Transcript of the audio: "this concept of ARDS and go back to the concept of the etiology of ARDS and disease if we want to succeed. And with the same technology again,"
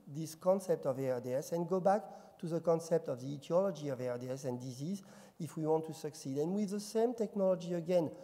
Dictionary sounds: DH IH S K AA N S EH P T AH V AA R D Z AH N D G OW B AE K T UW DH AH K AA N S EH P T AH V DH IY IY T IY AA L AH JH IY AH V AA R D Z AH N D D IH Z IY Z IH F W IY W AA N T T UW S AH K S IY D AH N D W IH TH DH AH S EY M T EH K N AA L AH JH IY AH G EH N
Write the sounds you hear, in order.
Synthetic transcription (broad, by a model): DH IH S K AA N S EH P T AH V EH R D S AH N G OW B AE K T UW DH AH K AA N S EH P T AH V DH IY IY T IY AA L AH JH IY AH V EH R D S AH N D D IH Z IY Z IH F W IY W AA N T T UW S AH K S IY D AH N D W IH DH AH S EY M T EH K N AA L AH JH IY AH G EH N